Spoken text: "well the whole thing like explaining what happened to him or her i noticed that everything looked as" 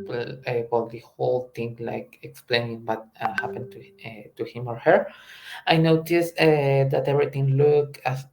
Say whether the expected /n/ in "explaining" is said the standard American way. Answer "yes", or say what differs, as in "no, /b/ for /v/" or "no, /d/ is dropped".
yes